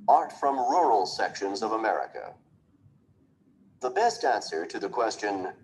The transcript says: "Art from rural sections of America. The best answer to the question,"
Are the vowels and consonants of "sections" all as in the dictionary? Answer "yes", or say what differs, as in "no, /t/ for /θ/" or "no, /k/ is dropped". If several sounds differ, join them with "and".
yes